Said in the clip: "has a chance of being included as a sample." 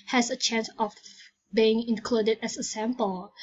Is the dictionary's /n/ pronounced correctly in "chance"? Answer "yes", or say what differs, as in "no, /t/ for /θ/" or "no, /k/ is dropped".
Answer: yes